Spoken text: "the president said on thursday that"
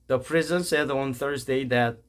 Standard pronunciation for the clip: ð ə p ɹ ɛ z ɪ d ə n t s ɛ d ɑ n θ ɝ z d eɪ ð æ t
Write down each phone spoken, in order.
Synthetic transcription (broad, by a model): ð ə p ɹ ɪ z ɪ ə n s ɛ d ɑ n θ ɝ z d eɪ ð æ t